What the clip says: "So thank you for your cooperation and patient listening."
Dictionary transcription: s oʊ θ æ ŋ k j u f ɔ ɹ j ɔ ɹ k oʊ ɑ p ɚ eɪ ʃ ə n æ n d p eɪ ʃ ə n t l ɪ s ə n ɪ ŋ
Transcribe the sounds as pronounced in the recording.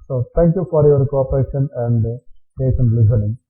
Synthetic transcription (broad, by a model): s oʊ t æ ŋ k j u f ɔ ɹ j ɔ ɹ k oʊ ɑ p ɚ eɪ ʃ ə n æ n d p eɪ s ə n l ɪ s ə n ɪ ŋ